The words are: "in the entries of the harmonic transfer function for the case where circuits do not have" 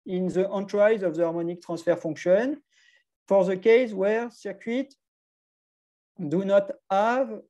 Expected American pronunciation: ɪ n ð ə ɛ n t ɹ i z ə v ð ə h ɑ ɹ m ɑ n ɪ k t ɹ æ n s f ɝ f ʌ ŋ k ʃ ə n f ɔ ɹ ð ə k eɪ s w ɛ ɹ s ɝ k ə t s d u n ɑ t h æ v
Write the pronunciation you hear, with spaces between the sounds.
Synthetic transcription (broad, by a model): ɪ n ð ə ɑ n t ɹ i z ə v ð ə ɑ ɹ m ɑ n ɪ k t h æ s f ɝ f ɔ k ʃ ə n f ɔ ɹ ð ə k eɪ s w ɛ ɹ s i k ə t d u n ɑ t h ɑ v